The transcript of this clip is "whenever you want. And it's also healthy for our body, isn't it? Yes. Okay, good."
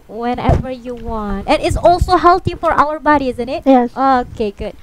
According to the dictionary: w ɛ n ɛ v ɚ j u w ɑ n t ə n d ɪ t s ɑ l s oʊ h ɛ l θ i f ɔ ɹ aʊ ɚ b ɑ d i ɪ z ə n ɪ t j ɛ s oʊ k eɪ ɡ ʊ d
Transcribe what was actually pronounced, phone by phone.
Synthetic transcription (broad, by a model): w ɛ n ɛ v ɚ j u w ɑ n t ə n ɪ t s ɑ l s oʊ h ɛ l t i f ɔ ɹ aʊ ɚ b ɑ d i ɪ z ə n ɪ t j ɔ oʊ k eɪ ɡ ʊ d